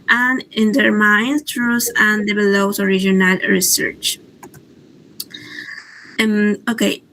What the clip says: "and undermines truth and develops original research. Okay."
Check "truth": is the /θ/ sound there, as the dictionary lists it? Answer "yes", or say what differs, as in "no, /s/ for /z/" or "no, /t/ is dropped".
no, /s/ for /θ/